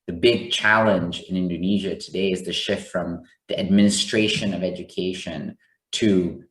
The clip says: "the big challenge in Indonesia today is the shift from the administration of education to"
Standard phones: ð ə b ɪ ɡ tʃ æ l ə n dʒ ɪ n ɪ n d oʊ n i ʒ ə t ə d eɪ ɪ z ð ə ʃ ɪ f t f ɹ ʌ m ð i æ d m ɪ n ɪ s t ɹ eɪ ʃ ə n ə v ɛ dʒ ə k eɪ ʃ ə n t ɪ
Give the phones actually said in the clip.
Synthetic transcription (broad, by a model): ð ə b ɪ ɡ tʃ æ l ə n dʒ ɪ n ɪ n d oʊ n i ʒ ə t ə d eɪ ɪ z ð ə ʃ ɪ f t f ɹ ʌ m ð i æ d m ɪ n ɪ s t ɹ eɪ ʃ ə n ə v ɛ dʒ ə k eɪ ʃ ə n t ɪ